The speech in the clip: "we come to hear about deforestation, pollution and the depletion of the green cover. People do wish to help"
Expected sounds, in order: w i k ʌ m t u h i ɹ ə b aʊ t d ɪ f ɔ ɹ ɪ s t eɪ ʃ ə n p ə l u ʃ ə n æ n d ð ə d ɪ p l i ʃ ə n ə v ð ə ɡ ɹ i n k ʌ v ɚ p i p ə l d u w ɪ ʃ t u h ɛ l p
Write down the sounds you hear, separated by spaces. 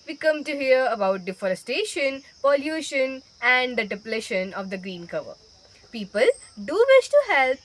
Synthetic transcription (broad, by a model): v i k ʌ m t u h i ɹ ə b aʊ t d ɪ f ɔ ɹ ɪ s t eɪ ʃ ə n p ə l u ʃ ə n æ n d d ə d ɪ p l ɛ ʃ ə n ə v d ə ɡ ɹ i n k ʌ v ɚ p i p ə l d u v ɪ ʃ t u h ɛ l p